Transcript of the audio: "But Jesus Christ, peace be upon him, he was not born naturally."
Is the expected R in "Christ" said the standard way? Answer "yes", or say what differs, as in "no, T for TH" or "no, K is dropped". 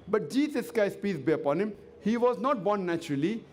no, R is dropped